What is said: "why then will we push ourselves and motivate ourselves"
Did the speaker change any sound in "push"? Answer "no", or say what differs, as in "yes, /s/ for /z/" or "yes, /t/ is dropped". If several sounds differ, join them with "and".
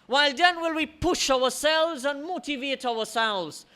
no